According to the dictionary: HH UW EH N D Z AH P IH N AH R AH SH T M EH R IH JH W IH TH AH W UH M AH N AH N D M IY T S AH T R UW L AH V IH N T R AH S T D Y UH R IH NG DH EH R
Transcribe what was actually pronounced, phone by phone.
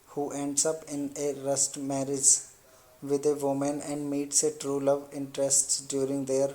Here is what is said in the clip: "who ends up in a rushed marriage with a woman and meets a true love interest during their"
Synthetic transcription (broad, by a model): HH UW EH N D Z AH P IH N AH R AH S T M EH R IH JH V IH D AH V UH M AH N AH N D M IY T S AH T R UW L AH V IH N T R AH S T D Y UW R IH NG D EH R